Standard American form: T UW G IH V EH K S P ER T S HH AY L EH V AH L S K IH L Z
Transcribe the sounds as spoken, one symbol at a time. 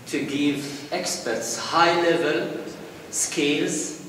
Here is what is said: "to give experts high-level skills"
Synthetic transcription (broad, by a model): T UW G IH V EH K S P ER T S HH AY L EH V AH L S K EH L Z